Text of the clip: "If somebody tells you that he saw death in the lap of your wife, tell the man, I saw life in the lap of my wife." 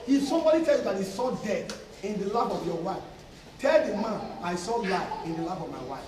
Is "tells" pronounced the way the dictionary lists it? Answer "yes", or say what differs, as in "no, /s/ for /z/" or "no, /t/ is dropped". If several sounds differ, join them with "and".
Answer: no, /z/ is dropped